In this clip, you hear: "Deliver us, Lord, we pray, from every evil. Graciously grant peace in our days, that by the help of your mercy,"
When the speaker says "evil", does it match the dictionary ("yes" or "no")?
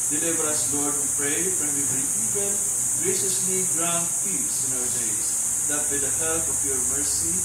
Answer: no